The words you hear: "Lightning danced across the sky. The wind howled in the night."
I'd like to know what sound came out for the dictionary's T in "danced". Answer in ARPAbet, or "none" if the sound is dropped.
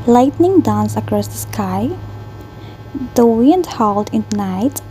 none